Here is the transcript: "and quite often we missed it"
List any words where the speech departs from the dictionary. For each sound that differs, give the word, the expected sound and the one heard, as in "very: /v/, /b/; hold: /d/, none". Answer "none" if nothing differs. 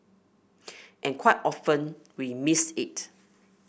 missed: /t/, none